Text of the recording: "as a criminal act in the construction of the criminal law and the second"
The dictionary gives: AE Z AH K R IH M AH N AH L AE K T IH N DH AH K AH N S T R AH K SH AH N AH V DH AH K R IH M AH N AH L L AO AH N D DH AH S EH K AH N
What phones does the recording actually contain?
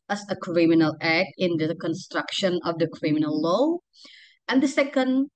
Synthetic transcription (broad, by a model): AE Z AH K R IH M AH N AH L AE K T IH N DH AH K AH N S T R AH K SH AH N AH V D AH K R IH M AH N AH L L AO AH N D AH S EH K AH N